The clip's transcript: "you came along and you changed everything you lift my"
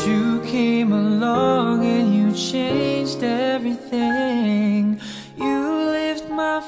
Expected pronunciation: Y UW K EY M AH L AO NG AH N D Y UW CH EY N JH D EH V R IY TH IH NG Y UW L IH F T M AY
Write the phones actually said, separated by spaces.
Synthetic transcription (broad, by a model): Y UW K EY M AH L AO NG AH N Y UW CH EY N JH D EH V R IY TH IH NG Y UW L IH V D M AY